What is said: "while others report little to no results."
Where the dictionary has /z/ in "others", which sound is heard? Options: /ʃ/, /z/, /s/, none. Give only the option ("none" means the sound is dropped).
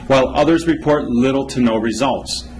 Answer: /z/